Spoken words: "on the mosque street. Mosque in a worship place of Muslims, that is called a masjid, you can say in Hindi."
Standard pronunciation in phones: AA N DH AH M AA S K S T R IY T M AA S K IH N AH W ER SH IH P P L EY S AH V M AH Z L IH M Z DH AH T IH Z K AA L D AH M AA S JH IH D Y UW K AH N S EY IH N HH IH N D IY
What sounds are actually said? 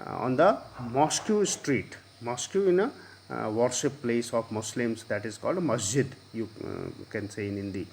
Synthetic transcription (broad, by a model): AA N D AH M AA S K S T R IY T M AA S K IH N AH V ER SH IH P P L EY S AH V M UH S L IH M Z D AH T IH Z K AA L D M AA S JH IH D Y UW K AH N S EY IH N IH N D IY